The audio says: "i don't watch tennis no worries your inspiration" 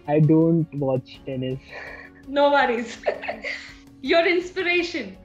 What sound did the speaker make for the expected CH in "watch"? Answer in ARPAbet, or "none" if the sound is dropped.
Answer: CH